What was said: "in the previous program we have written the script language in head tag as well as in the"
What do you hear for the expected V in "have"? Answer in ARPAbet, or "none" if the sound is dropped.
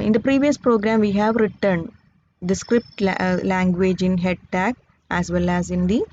V